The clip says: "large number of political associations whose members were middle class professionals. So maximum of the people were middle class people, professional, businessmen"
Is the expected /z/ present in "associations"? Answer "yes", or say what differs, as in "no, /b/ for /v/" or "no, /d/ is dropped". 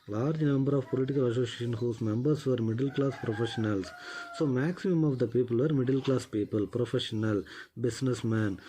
no, /z/ is dropped